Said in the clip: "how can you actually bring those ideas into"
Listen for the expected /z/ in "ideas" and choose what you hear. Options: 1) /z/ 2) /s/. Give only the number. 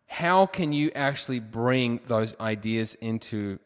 1